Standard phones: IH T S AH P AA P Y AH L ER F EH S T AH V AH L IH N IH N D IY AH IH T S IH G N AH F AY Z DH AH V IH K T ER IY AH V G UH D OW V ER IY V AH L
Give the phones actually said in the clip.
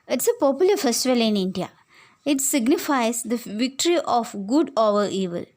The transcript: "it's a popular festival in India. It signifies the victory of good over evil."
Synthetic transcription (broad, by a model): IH T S AH P AA P Y AH L ER F EH S T AH V AH L IH N IH N D IY AH IH T S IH G N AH F AY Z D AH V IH K T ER IY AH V G UH D OW V ER IY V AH L